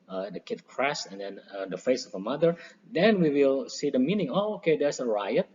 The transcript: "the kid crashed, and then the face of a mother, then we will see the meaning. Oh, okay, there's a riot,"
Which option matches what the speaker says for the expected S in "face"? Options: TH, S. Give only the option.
S